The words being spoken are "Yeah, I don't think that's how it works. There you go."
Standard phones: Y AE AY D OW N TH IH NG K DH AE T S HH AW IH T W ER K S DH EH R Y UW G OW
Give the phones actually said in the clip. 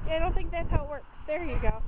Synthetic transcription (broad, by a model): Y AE AY D OW N TH IH NG K DH AE T S HH AW IH T W ER K S DH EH R Y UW G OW